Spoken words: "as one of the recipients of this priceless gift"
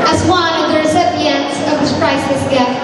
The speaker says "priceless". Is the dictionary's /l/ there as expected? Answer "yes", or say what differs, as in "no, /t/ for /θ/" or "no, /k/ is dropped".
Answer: no, /l/ is dropped